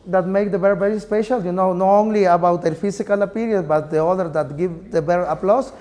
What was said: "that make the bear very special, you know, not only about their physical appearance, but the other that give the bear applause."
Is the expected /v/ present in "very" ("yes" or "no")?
no